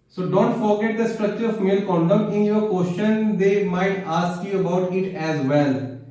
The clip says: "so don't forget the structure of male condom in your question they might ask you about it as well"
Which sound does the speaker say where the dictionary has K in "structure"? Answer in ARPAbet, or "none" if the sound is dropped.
K